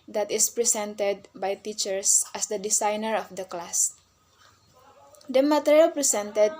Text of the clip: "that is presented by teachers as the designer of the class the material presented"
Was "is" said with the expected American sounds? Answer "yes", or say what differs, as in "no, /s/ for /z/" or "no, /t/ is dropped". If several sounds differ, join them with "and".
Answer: no, /s/ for /z/